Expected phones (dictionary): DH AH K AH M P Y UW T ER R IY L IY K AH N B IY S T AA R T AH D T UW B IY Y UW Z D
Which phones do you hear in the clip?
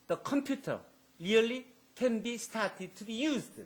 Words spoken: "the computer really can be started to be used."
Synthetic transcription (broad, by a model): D AH K AH M P Y UW T ER L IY L IY K AH N B IY S T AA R T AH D T UW B IY Y UW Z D